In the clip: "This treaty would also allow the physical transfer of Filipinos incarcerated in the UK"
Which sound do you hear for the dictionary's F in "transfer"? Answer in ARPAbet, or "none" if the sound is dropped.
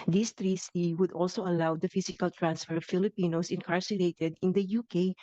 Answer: F